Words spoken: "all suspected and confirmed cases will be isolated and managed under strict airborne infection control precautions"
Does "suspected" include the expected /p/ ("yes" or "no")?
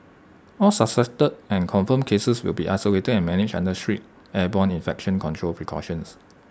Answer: no